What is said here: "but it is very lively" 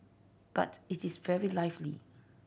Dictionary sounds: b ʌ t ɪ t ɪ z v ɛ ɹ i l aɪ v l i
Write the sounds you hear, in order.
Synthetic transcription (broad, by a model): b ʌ t ɪ t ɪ s v ɛ ɹ i l aɪ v l i